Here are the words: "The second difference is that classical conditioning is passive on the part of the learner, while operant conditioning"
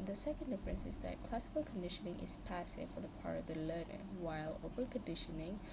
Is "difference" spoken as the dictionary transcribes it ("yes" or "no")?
yes